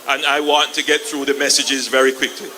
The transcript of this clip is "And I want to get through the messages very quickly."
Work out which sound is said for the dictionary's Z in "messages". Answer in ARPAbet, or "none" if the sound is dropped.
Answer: Z